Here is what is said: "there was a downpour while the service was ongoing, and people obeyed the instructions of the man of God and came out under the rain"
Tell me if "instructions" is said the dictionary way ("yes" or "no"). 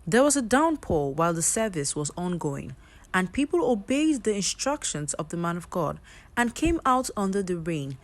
yes